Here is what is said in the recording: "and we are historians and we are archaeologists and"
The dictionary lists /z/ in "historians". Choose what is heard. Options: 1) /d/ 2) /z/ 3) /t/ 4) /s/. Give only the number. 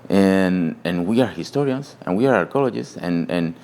4